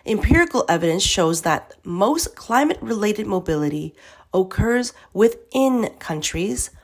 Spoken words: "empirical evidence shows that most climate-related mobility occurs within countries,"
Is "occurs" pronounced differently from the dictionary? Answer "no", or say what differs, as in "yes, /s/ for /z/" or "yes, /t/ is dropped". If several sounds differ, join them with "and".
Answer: no